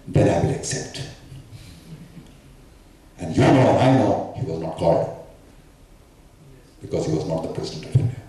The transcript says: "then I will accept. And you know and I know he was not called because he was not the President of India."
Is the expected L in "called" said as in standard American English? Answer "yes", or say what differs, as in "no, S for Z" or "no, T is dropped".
no, L is dropped